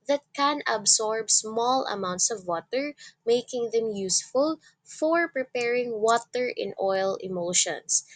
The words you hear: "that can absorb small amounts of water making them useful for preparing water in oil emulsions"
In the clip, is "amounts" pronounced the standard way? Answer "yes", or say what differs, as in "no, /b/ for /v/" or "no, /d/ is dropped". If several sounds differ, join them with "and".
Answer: yes